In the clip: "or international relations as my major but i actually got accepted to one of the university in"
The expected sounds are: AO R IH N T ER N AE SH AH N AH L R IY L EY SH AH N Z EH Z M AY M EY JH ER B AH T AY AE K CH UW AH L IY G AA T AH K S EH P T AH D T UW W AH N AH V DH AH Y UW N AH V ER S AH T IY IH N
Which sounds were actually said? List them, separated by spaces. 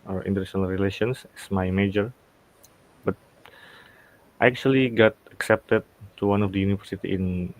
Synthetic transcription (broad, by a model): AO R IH N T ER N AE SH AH N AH L R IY L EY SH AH N S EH S M AY M EY JH ER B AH T AY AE K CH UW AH L IY G AA T AH K S EH P T AH D T UW W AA N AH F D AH Y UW N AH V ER S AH T IY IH N